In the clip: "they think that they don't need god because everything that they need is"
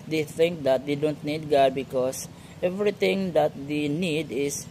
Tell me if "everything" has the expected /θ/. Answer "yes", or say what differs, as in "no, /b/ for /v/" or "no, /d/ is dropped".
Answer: no, /t/ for /θ/